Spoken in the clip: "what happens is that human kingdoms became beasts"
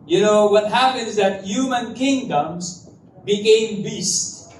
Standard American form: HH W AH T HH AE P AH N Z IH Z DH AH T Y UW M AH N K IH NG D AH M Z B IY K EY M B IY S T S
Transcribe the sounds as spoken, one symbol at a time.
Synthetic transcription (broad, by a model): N W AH T HH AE P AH N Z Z DH AH T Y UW M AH N K IH NG D AH M Z B IY K EY M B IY S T